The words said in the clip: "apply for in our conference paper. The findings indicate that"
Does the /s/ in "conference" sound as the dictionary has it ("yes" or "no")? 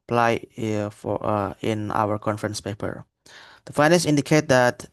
yes